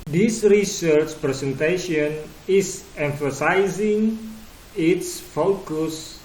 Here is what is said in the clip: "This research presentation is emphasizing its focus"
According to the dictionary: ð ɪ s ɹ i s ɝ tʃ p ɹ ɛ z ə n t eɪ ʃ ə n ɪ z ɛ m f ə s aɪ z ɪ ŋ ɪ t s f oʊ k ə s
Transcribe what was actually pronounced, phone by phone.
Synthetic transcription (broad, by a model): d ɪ s ɹ i s ɝ tʃ p ɹ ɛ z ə n t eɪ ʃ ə n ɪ s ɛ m f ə s aɪ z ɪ ŋ ɪ t s f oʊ k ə s